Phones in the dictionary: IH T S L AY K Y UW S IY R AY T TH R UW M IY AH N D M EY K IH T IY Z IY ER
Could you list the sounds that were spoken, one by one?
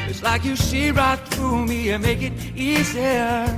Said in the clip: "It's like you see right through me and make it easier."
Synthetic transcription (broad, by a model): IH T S L AY K Y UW SH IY R AY T TH R UW M IY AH M EY K IH T IY Z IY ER